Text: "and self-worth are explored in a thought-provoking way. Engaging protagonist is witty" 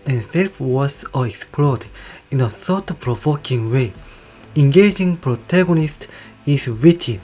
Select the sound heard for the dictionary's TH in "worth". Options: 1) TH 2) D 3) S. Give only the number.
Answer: 3